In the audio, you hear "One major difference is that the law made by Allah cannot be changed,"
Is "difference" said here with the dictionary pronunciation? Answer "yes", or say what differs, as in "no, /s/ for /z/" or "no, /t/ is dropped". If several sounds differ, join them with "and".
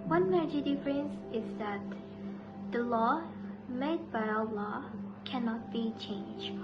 yes